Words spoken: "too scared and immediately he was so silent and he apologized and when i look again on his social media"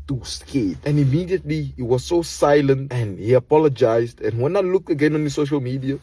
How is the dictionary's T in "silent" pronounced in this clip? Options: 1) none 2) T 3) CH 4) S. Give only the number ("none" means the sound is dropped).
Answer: 2